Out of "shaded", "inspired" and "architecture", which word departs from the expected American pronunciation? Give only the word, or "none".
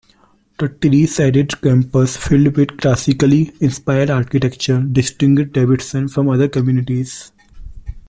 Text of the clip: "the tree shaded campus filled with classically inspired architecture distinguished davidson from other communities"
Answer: shaded